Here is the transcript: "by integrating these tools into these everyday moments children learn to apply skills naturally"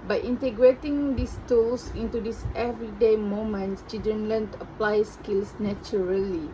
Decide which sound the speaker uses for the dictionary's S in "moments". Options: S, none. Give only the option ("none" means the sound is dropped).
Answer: none